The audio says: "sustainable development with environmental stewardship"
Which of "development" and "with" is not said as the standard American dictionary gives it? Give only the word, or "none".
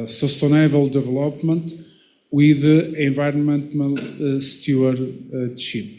none